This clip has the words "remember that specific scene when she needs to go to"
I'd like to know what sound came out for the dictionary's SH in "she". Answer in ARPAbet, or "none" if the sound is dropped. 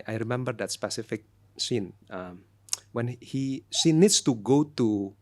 S